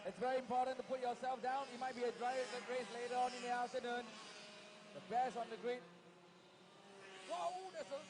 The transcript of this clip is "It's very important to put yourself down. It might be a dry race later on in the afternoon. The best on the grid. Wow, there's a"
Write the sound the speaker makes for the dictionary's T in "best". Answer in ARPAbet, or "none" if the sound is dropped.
none